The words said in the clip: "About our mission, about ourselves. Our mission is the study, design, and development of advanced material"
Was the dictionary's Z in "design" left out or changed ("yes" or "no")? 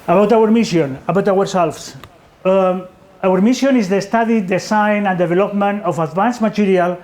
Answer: yes